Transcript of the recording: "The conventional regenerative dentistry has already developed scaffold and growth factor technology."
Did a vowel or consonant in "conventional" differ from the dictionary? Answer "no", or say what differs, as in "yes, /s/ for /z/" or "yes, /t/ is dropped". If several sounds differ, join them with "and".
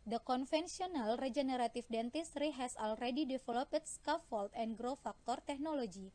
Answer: yes, /f/ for /v/ and /s/ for /ʃ/